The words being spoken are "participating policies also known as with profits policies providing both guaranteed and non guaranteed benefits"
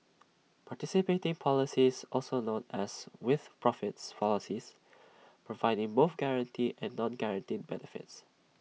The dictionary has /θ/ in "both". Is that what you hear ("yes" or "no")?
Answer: no